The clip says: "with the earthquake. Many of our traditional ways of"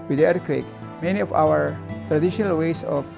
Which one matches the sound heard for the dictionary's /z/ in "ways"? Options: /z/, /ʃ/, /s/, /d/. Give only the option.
/s/